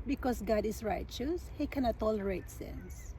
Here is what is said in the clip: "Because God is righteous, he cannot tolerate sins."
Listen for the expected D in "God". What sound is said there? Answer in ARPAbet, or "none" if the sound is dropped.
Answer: D